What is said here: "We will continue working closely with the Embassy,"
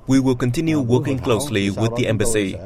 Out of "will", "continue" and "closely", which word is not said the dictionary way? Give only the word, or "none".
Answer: none